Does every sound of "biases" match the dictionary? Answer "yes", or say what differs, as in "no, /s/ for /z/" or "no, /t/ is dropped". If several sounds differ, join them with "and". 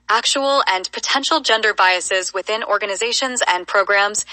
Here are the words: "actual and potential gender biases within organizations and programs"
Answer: yes